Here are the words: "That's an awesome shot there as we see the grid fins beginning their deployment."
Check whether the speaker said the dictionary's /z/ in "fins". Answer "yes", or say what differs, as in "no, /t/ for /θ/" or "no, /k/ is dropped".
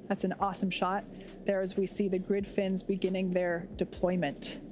yes